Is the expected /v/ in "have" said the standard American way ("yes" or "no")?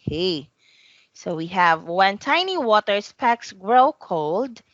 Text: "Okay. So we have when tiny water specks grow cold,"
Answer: yes